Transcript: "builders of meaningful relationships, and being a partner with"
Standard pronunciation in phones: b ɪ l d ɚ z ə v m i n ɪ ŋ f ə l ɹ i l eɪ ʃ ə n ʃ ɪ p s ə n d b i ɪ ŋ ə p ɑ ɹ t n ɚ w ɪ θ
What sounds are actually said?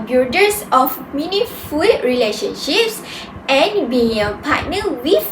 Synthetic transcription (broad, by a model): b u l d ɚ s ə f m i n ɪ f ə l ɹ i l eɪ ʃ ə n ʃ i p s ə n b i ɪ ŋ ə p ɑ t n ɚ w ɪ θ